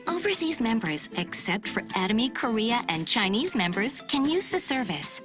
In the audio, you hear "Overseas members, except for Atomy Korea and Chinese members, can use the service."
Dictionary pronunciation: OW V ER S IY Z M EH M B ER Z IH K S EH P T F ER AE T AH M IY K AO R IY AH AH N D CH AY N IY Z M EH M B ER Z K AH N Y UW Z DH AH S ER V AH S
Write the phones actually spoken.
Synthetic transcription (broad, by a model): OW V ER S IY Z M EH M B ER Z IH K S EH P T F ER AE T AH M IY K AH R IY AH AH N CH AY N IY Z M EH M B ER Z K AH N Y UW Z DH AH S ER V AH S